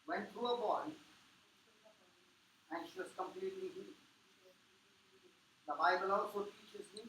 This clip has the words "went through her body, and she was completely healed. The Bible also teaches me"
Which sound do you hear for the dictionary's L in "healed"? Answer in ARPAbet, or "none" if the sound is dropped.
none